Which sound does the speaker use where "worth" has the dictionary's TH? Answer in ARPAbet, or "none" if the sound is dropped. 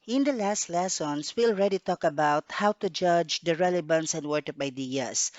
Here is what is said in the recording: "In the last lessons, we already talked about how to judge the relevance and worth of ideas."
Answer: T